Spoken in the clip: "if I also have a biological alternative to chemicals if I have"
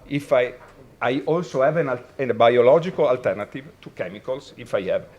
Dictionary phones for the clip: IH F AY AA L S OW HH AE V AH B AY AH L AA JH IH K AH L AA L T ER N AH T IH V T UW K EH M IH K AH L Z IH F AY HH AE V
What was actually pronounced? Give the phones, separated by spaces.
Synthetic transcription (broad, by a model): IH F AY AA L S OW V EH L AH B AY AH L AA JH IH K AH L AA L T ER N AH T IH V T UW K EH M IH K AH L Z IH F AY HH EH V